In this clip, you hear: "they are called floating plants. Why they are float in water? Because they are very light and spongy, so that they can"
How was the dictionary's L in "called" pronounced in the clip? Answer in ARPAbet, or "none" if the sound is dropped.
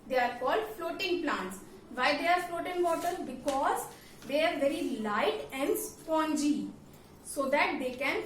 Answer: L